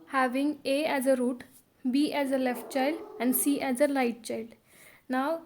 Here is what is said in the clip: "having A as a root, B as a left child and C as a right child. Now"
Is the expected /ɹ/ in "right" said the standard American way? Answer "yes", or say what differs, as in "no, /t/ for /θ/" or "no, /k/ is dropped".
no, /l/ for /ɹ/